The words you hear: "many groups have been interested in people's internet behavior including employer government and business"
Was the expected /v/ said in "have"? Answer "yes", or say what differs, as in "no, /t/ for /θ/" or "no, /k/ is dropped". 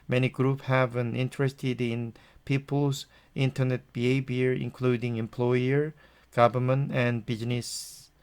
yes